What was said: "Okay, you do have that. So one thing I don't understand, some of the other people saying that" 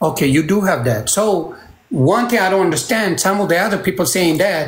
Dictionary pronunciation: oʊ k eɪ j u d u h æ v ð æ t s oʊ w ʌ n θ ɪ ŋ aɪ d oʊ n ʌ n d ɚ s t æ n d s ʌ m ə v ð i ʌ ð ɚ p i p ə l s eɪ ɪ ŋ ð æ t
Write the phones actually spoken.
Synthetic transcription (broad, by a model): oʊ k eɪ j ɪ d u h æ v ð æ t s oʊ w ʌ n θ ɪ ŋ aɪ d oʊ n ʌ n d ɚ s t æ n d s ʌ m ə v ð i ʌ ð ɚ p i p l s eɪ ɪ ŋ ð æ t